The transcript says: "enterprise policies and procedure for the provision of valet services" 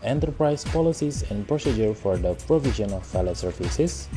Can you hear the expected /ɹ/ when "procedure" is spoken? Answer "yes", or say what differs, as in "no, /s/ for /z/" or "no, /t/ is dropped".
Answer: yes